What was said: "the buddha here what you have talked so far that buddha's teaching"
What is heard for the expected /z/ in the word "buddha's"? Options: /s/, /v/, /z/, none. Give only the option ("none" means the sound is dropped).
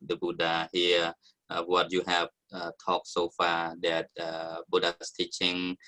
/s/